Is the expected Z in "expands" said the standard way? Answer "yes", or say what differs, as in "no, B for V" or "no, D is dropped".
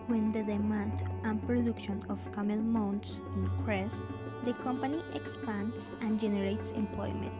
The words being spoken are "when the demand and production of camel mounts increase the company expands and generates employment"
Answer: no, S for Z